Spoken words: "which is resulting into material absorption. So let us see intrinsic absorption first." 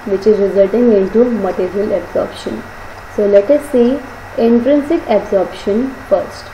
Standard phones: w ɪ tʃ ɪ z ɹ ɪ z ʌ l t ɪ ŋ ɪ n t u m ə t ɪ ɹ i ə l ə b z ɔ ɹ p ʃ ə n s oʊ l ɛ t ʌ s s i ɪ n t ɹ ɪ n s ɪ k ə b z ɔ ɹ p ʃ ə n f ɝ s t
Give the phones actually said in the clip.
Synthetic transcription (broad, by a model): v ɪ tʃ ɪ z ɹ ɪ z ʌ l t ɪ ŋ ɪ n t u m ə t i ɹ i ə l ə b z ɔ ɹ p ʃ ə n s oʊ l ɛ t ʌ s s i ɪ n t ɹ ɪ n s ɪ k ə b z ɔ ɹ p ʃ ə n f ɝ s t